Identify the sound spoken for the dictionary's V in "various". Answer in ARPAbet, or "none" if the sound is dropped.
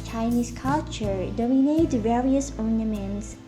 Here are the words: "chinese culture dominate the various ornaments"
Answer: V